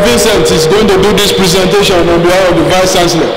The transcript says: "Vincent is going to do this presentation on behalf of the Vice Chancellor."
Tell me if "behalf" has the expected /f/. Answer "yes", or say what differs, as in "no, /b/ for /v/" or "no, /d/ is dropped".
no, /f/ is dropped